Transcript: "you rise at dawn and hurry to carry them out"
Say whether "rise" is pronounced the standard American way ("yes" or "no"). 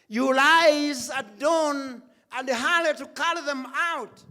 no